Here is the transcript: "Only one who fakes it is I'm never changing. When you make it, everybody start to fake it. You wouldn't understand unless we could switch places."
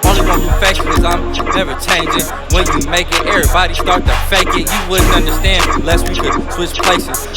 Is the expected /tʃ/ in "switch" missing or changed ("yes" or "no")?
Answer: yes